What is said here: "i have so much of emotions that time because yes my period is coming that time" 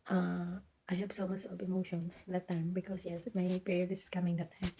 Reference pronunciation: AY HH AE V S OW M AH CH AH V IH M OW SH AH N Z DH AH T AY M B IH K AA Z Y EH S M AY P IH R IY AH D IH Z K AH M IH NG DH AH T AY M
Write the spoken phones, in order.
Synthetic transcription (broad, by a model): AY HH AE B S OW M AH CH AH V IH M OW SH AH N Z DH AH T AY M B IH K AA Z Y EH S M AY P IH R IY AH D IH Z K AH M IH NG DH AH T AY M